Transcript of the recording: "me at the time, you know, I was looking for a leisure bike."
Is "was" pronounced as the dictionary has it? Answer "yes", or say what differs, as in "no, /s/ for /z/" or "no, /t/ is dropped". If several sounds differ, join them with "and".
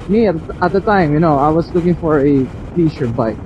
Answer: no, /s/ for /z/